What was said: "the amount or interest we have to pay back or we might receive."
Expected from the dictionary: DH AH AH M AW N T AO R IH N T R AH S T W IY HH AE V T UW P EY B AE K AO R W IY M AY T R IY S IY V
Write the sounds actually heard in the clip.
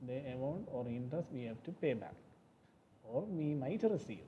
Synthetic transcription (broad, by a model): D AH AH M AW N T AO R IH N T AH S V IY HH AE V T UW P EY B AE K AO R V IY M AY T R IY S IY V